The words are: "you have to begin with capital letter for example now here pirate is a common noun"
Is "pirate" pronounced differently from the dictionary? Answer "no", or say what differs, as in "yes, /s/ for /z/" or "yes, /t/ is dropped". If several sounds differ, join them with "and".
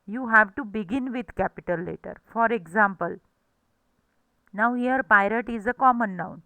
no